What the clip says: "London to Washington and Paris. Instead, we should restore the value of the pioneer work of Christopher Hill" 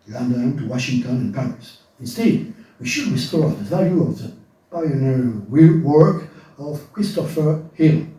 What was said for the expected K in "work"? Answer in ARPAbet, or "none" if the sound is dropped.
K